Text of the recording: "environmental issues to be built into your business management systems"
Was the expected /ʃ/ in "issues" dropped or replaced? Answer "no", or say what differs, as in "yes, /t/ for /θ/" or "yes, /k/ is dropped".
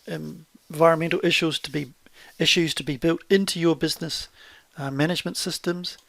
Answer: no